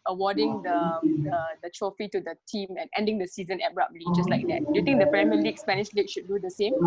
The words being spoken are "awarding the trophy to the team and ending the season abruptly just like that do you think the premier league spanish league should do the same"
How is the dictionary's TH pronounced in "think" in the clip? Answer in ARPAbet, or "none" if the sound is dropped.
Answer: T